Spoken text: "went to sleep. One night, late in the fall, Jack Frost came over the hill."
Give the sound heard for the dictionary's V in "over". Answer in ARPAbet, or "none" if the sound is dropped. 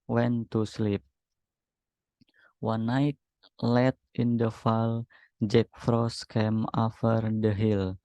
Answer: F